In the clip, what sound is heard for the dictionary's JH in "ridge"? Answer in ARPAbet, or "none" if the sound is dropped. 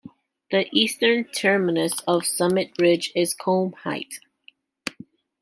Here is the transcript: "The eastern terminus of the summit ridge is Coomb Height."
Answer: JH